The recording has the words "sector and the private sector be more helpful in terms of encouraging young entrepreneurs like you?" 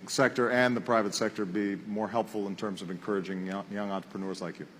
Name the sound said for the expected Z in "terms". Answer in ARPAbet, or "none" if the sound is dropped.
Z